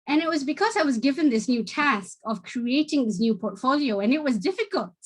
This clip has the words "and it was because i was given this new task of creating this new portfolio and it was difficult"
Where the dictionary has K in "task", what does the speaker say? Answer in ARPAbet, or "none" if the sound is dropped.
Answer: K